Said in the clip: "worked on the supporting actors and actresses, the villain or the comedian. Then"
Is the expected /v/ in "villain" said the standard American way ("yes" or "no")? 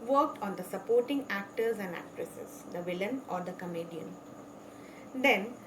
yes